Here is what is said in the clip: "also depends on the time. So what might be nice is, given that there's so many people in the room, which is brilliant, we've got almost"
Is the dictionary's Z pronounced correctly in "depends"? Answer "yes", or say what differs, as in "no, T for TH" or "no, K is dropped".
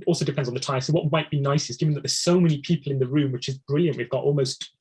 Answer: yes